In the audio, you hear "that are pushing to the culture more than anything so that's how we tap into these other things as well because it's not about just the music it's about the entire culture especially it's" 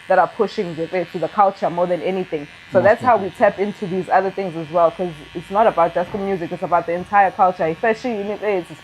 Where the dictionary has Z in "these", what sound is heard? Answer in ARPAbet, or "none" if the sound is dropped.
Z